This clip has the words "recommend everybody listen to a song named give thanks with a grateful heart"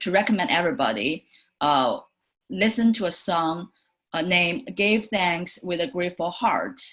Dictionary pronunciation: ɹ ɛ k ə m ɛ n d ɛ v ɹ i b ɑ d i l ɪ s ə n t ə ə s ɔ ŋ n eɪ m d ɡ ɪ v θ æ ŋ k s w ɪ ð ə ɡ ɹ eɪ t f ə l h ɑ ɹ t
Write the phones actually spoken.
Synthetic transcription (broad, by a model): ɹ ɛ k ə m ɛ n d ɛ v ɹ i b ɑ d i l ɪ s ə n t ə ə s ɔ ŋ n eɪ m ɡ ɪ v θ æ ŋ k s w ɪ ð ə ɡ ɹ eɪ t f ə l h ɑ ɹ t